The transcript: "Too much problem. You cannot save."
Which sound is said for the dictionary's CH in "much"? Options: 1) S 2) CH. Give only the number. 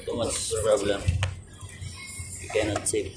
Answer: 1